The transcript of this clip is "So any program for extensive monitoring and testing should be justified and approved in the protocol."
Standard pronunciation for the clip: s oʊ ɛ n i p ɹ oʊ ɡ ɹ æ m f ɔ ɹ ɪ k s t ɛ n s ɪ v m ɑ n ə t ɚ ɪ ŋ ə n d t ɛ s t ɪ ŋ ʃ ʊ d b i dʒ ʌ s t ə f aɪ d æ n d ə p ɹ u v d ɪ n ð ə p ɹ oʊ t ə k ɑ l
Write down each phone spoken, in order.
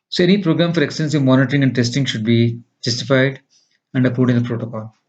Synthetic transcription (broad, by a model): s oʊ ɛ n i p ɹ oʊ ɡ ɹ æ m f ɔ ɹ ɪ k s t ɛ n s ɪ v m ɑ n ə t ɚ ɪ ŋ ə n d t ɛ s t ɪ ŋ ʃ ʊ d b i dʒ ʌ s t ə f aɪ d æ n d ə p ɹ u d ɪ n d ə p ɹ oʊ t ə k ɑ l